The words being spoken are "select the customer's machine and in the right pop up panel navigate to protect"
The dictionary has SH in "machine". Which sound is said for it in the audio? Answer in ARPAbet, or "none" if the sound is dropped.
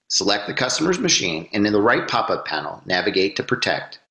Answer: SH